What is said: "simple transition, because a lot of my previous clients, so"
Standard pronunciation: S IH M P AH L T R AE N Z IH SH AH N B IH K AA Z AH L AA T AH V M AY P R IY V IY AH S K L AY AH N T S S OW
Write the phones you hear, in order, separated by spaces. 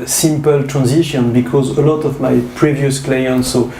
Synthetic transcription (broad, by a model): S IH M P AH L T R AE N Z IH SH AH N B IH K AA Z AH L AA T AH V M AY P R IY V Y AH S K L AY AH N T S S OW